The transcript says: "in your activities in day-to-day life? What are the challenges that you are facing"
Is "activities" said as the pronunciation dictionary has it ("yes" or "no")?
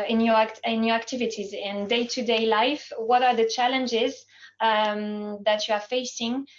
yes